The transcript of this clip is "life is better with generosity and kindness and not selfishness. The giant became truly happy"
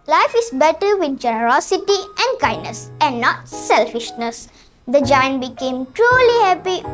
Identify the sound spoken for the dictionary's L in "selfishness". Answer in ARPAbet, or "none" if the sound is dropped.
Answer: L